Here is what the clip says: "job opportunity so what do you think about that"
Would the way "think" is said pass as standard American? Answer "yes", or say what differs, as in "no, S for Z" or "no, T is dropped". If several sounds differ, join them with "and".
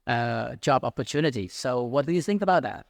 yes